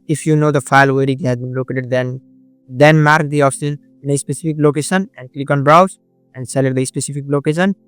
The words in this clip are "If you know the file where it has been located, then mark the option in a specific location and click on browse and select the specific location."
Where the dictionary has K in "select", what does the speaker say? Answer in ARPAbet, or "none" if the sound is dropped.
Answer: none